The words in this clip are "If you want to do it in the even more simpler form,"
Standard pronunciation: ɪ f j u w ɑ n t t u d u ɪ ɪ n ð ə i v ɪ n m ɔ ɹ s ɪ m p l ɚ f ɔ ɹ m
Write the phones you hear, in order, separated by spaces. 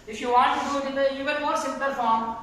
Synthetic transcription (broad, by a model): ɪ f j u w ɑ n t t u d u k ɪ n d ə i v ɪ n m ɔ ɹ s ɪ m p ɚ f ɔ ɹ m